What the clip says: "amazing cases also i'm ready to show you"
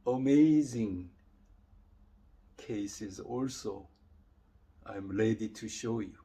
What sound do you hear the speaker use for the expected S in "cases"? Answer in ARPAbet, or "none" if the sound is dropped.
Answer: S